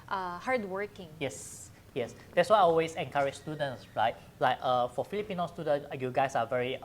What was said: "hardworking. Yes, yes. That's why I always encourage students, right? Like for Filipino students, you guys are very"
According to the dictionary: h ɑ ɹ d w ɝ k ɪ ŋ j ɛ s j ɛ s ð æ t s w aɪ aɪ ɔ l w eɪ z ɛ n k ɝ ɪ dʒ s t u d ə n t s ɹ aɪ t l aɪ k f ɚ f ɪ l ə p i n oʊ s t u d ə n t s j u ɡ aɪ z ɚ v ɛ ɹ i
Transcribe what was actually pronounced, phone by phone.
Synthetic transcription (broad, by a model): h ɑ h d w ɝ k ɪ ŋ j ɛ s j ɛ s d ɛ t s w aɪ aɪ ɔ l w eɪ s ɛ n k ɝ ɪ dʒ s t u d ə n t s ɹ aɪ t l aɪ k f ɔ f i l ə p i n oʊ s t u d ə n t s j u ɡ aɪ s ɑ v ɛ ɹ i